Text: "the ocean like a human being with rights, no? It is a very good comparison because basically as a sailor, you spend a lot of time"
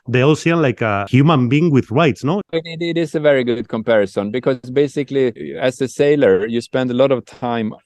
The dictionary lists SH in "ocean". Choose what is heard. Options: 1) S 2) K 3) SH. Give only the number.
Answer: 1